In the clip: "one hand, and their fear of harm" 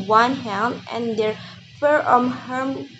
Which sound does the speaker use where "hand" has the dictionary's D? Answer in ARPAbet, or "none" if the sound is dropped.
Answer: none